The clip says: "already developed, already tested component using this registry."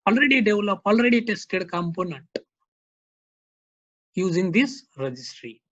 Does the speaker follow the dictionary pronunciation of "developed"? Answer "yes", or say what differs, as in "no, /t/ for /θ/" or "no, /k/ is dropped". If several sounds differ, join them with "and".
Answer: no, /t/ is dropped